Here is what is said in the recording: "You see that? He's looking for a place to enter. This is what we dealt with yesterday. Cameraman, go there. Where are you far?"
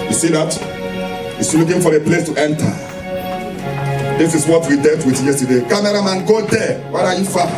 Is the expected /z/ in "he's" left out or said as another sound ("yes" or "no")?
yes